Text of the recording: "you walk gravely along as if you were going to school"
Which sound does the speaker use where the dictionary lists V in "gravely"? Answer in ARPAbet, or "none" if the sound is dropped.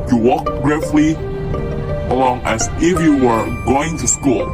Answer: F